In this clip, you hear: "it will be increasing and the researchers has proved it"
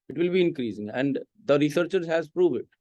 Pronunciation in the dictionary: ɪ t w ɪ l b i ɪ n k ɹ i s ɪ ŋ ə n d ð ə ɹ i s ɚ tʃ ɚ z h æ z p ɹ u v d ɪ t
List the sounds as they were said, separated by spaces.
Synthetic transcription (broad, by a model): ɪ t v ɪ l b i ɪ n k ɹ i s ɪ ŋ ə n d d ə ɹ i s ɚ tʃ ɚ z h æ z p ɹ u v ɪ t